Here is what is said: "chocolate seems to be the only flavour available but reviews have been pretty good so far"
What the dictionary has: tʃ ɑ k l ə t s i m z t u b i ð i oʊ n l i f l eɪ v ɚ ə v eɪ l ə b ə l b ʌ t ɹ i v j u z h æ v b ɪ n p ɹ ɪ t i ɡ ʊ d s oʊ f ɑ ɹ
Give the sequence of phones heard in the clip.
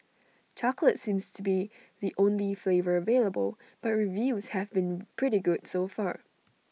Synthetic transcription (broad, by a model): tʃ ɑ k l ə t s i m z t u b i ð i oʊ n l i f l eɪ v ɚ ə v eɪ l ə b ə l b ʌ t ɹ i v j u z h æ v b ɪ n p ɹ ɪ t i ɡ ʊ d s oʊ f ɑ ɹ